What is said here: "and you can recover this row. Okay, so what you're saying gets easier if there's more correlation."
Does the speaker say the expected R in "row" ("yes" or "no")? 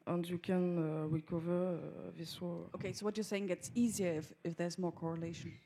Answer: no